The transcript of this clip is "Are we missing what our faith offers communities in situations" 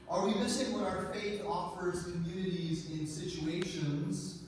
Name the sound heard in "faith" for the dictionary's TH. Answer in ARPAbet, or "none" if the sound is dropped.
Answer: TH